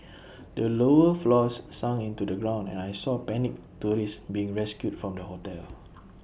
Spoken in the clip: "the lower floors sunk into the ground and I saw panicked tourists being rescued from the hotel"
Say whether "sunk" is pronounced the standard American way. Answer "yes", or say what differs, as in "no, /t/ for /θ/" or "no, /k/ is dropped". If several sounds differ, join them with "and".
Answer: no, /k/ is dropped